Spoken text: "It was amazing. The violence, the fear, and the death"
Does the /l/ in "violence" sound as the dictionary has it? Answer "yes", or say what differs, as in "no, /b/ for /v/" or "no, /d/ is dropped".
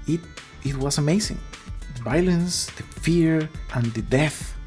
yes